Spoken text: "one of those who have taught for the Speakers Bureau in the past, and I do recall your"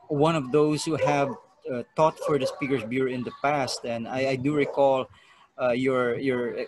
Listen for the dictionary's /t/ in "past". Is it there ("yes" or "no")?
yes